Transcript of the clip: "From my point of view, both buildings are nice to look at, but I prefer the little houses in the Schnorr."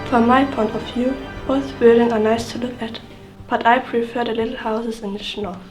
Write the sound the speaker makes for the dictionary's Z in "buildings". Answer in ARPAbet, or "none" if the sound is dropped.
none